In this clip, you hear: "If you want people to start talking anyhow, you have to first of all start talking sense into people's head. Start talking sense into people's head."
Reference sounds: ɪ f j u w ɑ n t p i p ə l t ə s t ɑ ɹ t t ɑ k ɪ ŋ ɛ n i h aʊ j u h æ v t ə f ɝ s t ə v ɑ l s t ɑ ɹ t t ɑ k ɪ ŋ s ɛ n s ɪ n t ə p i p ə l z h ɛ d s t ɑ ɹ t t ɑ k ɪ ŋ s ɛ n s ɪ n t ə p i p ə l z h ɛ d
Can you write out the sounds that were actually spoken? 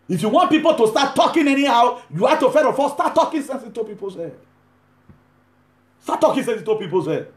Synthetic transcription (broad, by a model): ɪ f j u w ɑ n t p i p ə l t ə s t ɑ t t ɑ k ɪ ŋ ɛ n i h aʊ j u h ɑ t ə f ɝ t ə f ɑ s t ɑ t t ɑ k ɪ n s ɛ n s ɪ t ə p i p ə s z h ɛ d s t ɑ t t ɑ k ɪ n s ɛ n s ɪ t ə p i p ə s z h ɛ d